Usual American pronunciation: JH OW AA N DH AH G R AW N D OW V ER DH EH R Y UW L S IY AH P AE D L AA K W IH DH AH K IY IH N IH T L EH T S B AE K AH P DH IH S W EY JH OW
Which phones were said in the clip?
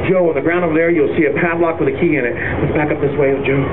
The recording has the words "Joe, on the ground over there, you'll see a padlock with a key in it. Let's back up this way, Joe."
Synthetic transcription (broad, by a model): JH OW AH N DH AH G R AW N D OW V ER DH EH R Y UW L S IY AH P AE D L AA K W IH DH AH K IY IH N IH T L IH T B AE K AH P DH IH S W EY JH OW